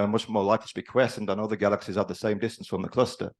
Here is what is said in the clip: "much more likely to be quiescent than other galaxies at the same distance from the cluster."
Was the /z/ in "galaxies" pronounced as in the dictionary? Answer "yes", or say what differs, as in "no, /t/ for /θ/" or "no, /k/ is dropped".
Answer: yes